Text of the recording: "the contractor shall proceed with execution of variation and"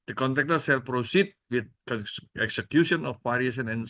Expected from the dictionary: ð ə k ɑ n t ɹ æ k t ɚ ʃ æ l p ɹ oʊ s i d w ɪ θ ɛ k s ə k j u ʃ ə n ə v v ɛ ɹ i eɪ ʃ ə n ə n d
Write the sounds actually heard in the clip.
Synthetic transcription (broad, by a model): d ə k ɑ n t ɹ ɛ k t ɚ s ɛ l p ɹ oʊ s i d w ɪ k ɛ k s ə k j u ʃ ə n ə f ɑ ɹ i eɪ s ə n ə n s